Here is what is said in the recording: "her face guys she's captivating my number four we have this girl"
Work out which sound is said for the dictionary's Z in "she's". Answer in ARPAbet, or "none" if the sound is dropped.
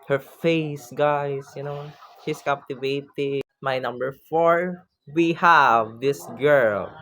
S